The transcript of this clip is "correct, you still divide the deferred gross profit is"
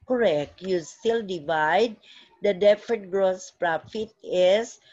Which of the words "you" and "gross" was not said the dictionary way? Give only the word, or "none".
none